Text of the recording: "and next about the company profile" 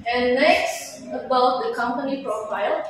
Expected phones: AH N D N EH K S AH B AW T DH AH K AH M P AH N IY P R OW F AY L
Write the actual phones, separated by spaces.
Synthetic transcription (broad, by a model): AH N N EH K S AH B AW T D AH K AH M P AH N IY P R OW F AY L